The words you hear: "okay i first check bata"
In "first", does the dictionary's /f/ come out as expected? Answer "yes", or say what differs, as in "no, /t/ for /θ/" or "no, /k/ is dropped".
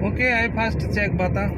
no, /p/ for /f/